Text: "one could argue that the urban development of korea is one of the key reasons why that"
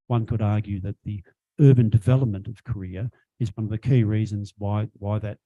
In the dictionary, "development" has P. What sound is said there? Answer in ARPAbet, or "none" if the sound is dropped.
P